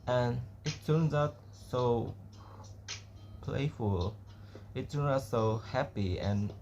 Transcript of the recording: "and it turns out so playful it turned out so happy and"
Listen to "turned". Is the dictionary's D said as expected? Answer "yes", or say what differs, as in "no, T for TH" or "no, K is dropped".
no, D is dropped